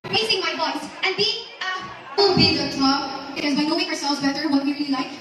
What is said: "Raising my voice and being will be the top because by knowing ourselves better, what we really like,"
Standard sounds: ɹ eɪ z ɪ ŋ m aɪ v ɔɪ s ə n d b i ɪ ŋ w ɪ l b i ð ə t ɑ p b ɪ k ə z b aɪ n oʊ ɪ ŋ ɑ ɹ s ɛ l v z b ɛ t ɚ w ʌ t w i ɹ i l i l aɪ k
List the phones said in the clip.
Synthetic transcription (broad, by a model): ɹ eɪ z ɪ ŋ m aɪ b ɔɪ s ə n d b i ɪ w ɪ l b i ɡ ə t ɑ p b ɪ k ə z b aɪ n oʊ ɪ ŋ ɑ ɹ s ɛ l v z b ɛ t ɚ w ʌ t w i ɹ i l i l aɪ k